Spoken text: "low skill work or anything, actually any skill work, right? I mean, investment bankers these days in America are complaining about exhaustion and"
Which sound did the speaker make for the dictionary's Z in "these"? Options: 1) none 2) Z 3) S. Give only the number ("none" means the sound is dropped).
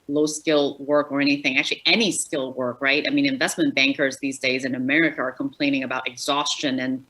2